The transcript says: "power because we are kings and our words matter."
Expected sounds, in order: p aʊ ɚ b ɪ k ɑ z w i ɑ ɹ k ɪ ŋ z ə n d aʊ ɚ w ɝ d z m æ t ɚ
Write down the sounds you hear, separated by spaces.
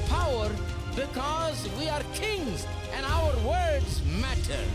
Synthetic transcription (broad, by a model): p aʊ ɚ b ɪ k ɑ z w i ɑ ɹ k ɪ ŋ z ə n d aʊ ɚ w ɝ d z m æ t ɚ